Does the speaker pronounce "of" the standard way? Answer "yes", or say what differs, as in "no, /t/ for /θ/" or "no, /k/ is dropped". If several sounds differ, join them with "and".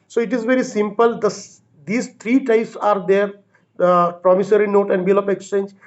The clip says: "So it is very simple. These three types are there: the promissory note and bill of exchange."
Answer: no, /p/ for /v/